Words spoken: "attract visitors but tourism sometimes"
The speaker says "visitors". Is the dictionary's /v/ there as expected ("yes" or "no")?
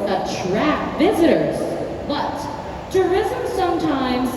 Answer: yes